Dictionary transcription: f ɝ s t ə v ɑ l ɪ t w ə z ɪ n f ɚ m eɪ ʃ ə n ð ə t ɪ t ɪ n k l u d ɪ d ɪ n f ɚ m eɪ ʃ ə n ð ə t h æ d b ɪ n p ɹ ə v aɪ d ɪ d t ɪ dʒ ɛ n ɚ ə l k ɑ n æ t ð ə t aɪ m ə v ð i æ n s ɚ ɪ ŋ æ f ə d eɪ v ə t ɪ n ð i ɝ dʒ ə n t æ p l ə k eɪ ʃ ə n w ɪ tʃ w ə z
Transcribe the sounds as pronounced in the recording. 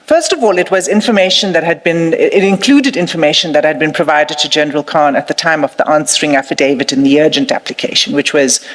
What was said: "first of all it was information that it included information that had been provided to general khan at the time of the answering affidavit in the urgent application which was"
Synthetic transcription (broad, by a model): f ɝ s t ə v ɑ l ɪ t w ə z ɪ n f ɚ m eɪ ʃ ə n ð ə t ɪ t ɪ n k l u d ɪ d ɪ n f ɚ m eɪ ʃ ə n ð ə t h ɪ d b ɪ n p ɹ ə v aɪ d ɪ d t ɪ dʒ ɛ n ɚ ə l k ɑ n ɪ t ð ə t aɪ m ə v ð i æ n s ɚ ɪ ŋ æ f ə d eɪ v ə t ɪ n ð i ɝ dʒ ə n t æ p l ə k eɪ ʃ ə n w ɪ tʃ w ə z